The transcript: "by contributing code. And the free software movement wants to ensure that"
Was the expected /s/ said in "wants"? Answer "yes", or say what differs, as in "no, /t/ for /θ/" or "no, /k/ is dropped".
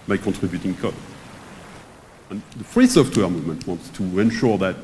yes